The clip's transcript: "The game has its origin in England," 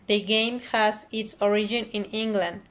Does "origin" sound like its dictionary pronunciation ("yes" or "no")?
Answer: yes